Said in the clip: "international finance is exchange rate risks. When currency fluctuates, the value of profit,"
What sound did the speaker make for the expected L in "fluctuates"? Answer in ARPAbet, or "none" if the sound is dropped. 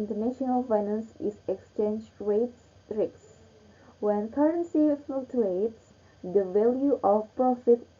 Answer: none